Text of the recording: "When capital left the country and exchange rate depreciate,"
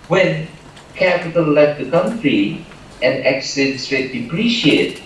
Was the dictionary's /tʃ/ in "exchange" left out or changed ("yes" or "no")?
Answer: yes